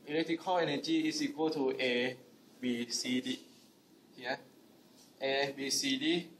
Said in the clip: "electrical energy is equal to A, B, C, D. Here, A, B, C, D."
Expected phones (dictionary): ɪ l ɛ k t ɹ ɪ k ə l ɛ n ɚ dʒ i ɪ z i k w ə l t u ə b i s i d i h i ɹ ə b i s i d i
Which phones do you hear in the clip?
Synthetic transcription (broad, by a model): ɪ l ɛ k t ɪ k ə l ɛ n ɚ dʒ i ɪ s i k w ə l t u ə b i s i d i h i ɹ ə b i s i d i